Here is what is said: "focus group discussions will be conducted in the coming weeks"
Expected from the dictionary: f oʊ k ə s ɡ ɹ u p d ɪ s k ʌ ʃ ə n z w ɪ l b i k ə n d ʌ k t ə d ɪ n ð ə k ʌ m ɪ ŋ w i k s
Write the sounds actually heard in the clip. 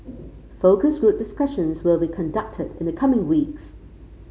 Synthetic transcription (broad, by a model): f oʊ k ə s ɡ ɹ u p d ɪ s k ʌ ʃ ə n z w ɪ l b i k ə n d ʌ k t ə d ɪ n ð ə k ʌ m ɪ ŋ w i k s